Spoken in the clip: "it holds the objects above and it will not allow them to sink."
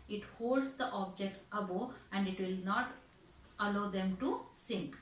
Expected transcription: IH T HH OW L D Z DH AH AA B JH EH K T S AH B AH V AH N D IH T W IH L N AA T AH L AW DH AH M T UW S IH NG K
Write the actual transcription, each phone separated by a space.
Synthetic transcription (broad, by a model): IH T HH OW L D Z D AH AA B JH EH K T S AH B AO AH N D IH T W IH L N AA T AH L AW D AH M T UW S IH NG K